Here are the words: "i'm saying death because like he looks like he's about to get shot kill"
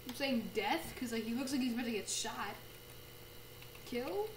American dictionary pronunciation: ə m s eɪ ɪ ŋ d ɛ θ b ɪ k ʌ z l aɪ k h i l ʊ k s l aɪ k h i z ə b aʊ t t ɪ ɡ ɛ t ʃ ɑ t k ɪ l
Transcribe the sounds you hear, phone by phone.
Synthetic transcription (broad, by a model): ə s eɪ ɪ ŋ d ɛ θ k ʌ z l aɪ k h i l ʊ k s l aɪ k h i z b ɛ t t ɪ ɡ ɛ t ʃ ɑ t k ɪ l